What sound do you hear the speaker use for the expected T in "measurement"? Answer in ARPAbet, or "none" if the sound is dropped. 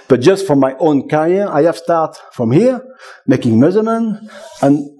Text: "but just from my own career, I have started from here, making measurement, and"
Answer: none